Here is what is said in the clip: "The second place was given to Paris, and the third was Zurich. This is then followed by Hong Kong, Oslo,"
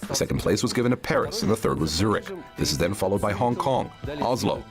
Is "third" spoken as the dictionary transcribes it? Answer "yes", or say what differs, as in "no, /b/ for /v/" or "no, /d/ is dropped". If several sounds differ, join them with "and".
yes